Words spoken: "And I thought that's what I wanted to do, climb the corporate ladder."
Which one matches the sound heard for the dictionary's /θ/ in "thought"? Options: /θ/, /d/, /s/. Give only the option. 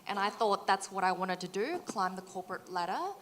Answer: /θ/